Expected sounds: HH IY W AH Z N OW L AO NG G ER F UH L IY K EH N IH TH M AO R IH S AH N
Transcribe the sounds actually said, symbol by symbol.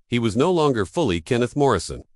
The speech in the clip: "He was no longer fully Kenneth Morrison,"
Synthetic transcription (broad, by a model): HH IY W AH Z N OW L AO NG G ER F UH L IY K EH N IH TH M AO R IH S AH N